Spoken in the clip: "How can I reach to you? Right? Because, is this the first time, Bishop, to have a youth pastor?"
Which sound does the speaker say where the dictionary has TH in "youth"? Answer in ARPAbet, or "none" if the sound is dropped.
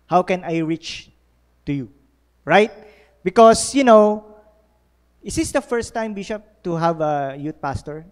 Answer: T